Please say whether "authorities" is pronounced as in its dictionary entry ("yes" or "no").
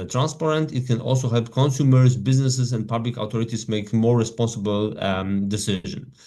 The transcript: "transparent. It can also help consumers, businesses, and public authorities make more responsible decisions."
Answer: no